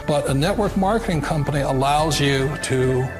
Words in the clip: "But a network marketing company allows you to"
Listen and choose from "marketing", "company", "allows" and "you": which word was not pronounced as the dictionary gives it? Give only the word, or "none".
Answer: none